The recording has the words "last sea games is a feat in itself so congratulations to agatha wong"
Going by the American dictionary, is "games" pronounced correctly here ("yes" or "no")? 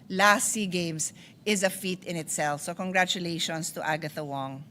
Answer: no